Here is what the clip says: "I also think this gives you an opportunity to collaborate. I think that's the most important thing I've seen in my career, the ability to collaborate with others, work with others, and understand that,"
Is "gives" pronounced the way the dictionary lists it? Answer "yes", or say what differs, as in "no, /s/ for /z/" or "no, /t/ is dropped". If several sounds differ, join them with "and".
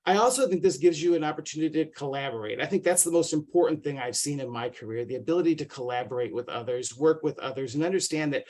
yes